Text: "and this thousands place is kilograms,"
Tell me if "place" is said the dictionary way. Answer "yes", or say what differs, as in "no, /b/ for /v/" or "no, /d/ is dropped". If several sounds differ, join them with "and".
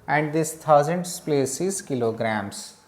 yes